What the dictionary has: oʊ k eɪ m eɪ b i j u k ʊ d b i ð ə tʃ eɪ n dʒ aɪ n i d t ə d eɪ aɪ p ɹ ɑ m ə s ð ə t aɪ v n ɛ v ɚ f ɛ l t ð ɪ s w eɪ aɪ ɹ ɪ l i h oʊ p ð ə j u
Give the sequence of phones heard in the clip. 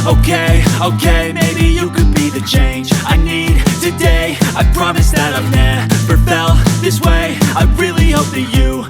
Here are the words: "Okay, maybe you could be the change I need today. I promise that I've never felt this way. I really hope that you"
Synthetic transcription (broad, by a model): oʊ k eɪ m eɪ b i j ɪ k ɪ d b i ð ə tʃ eɪ n dʒ aɪ n i d t ə d eɪ aɪ p ɹ ɑ m ə s ð ə t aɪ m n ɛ p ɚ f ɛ l ð ɪ s w eɪ aɪ ɹ ɪ l i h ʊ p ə j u